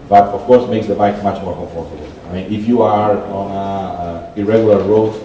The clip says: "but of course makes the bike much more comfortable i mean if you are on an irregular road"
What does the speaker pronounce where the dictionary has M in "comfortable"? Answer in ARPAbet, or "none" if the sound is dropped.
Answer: none